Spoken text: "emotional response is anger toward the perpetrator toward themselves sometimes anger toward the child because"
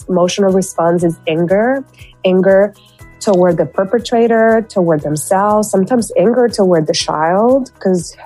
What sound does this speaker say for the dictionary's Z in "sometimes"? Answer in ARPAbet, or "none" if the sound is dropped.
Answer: Z